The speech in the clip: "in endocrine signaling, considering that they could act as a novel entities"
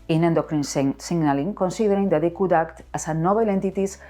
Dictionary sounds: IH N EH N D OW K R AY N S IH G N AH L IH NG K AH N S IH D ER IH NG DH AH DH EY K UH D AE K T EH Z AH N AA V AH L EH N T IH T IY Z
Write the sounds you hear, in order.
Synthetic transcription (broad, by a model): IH N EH N D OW K R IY N S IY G N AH L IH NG K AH N S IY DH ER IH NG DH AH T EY K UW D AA K T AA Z AH N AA B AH L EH N T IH T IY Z